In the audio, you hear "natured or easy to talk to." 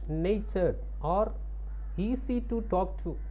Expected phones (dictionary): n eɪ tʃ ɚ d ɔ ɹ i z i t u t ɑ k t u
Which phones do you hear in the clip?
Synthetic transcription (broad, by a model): n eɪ tʃ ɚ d ɔ ɹ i s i t u t ɑ k t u